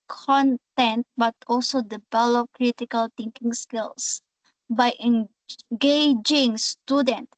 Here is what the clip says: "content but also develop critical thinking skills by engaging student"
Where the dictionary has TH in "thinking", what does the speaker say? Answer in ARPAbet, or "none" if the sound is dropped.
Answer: T